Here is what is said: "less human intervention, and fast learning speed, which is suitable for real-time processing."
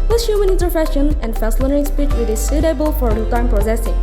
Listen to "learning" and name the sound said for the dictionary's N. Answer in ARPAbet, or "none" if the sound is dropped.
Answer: none